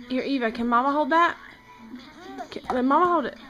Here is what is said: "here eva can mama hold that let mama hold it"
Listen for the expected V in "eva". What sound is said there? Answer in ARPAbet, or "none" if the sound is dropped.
V